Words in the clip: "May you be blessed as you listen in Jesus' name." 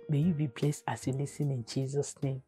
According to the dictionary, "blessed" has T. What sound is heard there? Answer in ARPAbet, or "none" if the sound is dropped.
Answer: none